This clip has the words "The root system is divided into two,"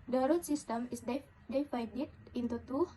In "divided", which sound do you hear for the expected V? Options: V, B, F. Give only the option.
F